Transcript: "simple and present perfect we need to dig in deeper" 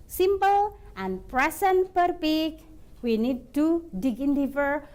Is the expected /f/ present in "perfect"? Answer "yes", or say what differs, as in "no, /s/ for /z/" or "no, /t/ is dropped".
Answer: no, /p/ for /f/